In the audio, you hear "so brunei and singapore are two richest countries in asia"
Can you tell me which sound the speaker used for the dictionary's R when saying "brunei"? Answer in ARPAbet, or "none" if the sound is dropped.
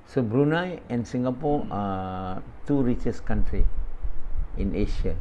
R